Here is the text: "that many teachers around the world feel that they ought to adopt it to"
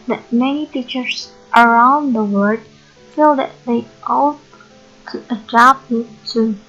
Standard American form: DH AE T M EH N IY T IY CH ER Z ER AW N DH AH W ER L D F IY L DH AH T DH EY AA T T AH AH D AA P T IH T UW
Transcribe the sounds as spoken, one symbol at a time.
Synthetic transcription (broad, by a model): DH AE T M EH N IY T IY CH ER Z ER AW N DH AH W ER D F IY L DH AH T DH EY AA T T AH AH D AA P IH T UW